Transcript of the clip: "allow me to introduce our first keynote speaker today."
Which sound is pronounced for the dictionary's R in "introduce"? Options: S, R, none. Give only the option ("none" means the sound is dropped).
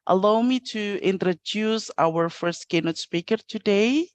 R